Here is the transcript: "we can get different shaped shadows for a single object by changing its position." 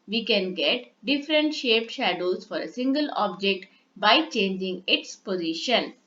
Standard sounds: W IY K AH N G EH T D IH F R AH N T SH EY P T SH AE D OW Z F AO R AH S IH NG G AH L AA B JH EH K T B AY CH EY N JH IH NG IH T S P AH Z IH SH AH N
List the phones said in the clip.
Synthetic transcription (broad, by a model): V IY K AH N G EH T D IH F R AH N T SH EY P T SH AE D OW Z F AO R AH S IH NG G AH L AA B JH EH K T B AY CH EY N JH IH NG IH T S P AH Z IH SH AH N